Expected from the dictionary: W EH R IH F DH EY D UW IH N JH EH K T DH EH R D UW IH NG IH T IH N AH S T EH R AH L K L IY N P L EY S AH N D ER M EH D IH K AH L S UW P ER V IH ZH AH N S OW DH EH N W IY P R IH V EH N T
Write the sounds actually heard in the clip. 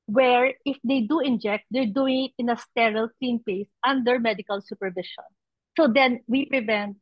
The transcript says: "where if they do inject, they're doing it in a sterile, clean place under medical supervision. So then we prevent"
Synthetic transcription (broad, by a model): W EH R IH F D EY D UW IH N JH EH K T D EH R D UW IH NG IH T IH N AH S T EH R AH L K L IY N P EY S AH N D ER M EH D IH K AH L S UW P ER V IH SH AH N S OW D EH N W IY P R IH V EH N T